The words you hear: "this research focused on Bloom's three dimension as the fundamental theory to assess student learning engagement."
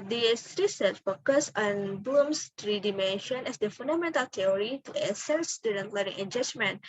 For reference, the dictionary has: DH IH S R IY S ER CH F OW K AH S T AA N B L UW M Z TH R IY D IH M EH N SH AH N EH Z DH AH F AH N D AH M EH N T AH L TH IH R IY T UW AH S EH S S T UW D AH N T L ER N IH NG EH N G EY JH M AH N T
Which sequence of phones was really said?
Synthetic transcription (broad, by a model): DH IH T R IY S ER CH F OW K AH S AA N B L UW M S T R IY D IH M EH N SH AH N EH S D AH F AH N D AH M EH N T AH L T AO R IY T UW AH S EH S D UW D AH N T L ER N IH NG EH N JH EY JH M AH N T